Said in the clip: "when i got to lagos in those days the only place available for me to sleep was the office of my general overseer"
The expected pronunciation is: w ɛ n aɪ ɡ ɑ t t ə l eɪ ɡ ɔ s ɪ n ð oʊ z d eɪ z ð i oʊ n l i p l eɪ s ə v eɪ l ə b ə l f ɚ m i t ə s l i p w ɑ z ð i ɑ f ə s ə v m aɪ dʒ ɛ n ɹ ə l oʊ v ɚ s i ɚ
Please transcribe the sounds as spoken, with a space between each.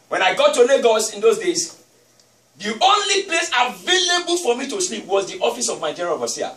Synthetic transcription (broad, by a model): w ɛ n aɪ ɡ ɑ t t ə n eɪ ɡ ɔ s ɪ n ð oʊ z d eɪ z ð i oʊ n l i p l eɪ s ə v eɪ l ə b ə l f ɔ m i t ə s l i p w ɑ z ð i ɑ f ə s ə v m aɪ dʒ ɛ ɹ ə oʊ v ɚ s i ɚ